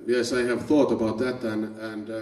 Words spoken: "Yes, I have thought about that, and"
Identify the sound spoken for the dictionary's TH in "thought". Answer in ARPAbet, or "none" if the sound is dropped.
TH